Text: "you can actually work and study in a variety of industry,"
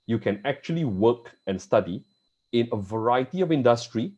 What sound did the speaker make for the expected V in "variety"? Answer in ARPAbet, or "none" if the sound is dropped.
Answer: V